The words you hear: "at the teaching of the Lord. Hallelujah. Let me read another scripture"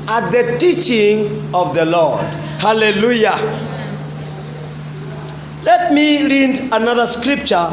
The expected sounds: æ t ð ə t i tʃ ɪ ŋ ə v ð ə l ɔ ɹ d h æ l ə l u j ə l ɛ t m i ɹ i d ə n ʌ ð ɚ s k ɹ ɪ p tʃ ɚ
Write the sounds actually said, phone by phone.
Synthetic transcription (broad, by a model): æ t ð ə t i tʃ ɪ ŋ ə v ð ə l ɔ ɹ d h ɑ l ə l u j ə l ɛ t m i ɹ i d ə n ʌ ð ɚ s k ɹ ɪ p tʃ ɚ